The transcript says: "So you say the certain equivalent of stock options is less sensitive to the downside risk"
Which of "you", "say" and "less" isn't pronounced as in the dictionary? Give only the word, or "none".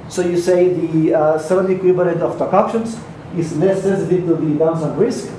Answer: less